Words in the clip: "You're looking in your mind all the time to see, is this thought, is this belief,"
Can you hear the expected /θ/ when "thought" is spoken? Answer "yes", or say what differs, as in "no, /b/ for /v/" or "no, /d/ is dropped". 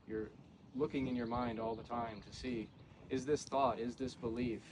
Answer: yes